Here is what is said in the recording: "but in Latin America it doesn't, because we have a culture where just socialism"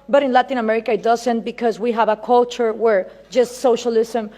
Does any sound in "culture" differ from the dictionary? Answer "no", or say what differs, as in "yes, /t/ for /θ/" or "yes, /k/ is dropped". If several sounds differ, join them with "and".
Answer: no